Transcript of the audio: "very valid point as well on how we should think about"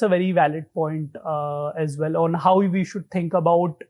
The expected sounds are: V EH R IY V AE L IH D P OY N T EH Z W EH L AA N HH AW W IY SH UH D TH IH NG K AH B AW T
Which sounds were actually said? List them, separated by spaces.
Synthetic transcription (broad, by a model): V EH R IY V AE L IH D P OY N T EH Z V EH L AA N HH AW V IY SH UH D T IH NG K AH B AW T